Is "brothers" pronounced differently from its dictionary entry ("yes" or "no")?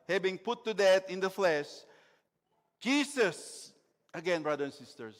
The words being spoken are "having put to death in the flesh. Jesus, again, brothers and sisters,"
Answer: yes